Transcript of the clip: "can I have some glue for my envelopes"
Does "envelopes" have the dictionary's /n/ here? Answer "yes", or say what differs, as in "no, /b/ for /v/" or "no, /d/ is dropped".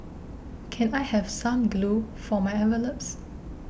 no, /n/ is dropped